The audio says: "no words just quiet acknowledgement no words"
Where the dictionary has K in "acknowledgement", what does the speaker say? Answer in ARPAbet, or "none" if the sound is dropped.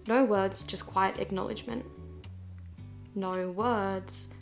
K